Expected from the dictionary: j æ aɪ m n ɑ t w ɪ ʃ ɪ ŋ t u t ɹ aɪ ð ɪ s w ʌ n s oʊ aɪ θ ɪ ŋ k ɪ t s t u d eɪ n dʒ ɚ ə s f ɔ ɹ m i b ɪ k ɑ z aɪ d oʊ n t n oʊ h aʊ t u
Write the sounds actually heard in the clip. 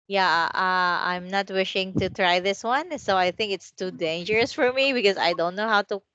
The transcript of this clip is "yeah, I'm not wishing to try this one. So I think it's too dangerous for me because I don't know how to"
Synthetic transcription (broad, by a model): j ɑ aɪ m n ɑ t w ɪ ʃ ɪ ŋ t u t ɹ aɪ ð ɪ s w ʌ n s oʊ aɪ θ ɪ ŋ k ɪ t s t u d eɪ n dʒ ɚ ə s f ɔ ɹ m i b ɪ k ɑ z aɪ d oʊ n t n oʊ h aʊ t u